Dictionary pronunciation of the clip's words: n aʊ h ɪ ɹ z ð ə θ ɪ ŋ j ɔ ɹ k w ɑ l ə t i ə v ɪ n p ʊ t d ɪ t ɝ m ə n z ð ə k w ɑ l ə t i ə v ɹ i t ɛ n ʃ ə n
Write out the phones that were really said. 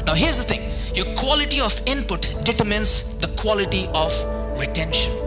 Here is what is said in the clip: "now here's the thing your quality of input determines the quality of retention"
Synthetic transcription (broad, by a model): n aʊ h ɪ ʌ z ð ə t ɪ ŋ j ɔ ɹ k w ɑ l ə t i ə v ɪ n p ʊ t d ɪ t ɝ m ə n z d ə k w ɑ l ə t i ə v ɹ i t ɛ n ʃ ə n